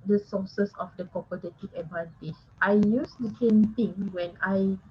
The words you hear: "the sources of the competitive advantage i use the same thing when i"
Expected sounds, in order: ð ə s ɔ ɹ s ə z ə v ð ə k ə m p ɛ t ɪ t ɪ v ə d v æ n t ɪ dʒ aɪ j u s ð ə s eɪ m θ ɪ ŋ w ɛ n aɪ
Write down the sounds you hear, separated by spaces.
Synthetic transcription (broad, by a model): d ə s ɔ s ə s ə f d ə k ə p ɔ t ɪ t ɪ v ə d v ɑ n t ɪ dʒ aɪ j u s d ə s eɪ m t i ŋ w ɛ n aɪ